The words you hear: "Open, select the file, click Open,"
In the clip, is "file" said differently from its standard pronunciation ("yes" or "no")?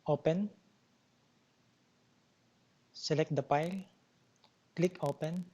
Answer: yes